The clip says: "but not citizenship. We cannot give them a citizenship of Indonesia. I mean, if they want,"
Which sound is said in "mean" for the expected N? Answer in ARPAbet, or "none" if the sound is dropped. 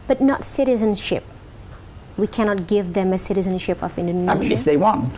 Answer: none